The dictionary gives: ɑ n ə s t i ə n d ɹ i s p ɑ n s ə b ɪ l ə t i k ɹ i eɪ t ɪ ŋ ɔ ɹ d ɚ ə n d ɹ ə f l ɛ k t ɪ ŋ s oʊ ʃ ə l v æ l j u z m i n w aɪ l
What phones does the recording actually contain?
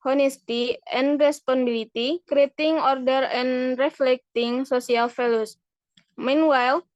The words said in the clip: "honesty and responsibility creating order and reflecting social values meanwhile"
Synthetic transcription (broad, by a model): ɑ n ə s t i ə n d ɹ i s p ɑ n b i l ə t i k ɹ i eɪ t ɪ ŋ ɔ ɹ d ɚ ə n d ɹ ə f l ɛ k t ɪ ŋ s oʊ s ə l f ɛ l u s m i n w aɪ l